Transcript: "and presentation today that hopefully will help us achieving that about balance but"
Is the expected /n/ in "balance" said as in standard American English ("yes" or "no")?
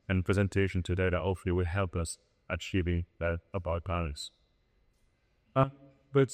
no